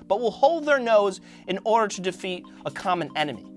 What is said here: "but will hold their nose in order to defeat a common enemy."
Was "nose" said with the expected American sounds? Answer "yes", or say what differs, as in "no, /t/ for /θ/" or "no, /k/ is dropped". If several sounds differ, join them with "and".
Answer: yes